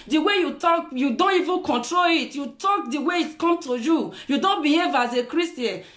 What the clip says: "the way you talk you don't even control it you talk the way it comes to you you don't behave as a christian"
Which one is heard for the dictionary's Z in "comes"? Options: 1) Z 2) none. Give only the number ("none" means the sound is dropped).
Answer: 2